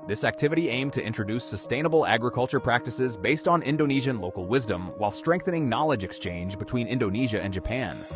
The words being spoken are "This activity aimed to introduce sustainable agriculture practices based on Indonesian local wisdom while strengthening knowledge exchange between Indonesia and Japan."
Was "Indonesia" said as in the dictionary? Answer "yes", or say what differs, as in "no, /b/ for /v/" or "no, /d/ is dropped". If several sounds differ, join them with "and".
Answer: yes